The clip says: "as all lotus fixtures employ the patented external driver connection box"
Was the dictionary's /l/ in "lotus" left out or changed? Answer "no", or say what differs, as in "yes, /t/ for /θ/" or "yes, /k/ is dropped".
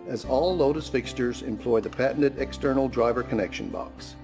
no